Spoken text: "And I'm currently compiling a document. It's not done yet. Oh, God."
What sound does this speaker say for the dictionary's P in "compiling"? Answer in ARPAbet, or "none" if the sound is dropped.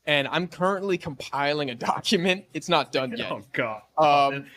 P